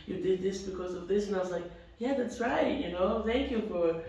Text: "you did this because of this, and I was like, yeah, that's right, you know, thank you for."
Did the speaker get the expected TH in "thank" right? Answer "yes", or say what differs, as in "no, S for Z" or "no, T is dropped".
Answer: yes